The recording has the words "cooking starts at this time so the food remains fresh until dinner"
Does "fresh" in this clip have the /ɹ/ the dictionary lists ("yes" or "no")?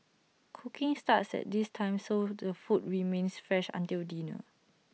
yes